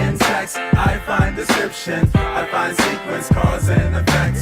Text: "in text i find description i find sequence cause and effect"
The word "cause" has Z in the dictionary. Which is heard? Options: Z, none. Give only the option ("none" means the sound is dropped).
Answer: Z